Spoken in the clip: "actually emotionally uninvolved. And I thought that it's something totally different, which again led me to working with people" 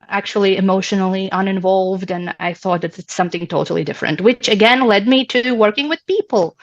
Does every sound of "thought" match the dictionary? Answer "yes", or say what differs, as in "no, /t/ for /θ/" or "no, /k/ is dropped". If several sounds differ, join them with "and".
yes